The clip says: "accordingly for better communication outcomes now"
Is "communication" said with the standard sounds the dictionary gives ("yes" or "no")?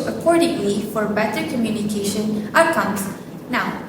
yes